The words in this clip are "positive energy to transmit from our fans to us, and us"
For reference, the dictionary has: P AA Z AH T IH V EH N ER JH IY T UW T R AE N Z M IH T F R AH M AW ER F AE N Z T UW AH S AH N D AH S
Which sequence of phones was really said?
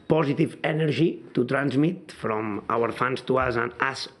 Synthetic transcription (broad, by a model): P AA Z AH T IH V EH N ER ZH IY T UW T R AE N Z M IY T F R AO M AW ER F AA N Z T UW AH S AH N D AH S